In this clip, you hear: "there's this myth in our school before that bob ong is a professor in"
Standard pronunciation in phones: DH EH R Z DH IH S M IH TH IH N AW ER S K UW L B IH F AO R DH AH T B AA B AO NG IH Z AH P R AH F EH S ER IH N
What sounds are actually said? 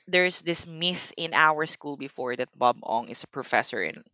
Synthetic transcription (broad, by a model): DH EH R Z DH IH S M IH TH IH N AW ER S K UW L B IH F AO R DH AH T B AA B AO NG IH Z AH P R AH F EH S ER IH N